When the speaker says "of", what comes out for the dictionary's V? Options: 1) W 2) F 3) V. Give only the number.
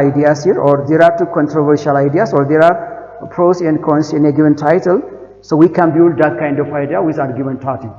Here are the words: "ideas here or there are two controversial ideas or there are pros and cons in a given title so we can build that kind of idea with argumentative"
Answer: 2